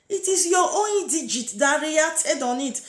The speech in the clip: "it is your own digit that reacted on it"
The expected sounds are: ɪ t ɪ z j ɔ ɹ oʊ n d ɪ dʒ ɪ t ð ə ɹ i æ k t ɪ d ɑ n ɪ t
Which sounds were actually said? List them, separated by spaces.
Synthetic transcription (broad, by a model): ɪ t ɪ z j ɔ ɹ oʊ n d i dʒ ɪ t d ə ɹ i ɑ t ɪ d ɑ n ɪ t